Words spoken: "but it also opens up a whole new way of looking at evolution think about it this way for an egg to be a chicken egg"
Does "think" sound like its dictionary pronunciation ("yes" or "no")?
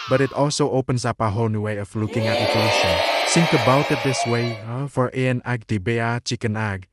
no